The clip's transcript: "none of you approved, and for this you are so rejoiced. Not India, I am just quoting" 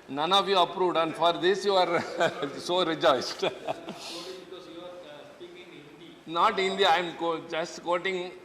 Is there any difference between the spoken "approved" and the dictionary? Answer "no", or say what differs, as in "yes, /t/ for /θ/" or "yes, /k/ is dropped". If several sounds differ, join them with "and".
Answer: no